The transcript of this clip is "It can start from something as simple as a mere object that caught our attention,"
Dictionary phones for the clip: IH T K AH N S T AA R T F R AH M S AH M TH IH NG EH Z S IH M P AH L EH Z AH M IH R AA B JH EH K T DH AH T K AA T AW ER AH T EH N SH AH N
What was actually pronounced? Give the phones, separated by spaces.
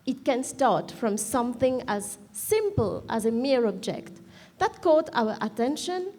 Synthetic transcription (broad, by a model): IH T K AH N S T AA R T F R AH M S AH M TH IH NG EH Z S IH M P AH L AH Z AH M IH R AA B JH EH K T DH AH T K AA T AW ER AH T EH N SH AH N